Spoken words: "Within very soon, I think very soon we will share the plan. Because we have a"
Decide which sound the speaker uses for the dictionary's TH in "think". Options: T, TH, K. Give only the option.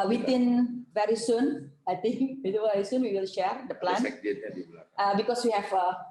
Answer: T